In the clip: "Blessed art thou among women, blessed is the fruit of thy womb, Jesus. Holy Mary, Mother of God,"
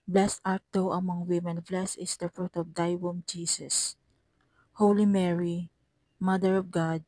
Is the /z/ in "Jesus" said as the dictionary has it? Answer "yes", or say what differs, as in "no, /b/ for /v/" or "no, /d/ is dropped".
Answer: no, /s/ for /z/